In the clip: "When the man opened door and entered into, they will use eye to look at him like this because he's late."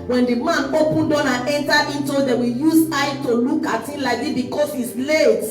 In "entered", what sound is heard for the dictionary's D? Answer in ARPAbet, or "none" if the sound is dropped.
none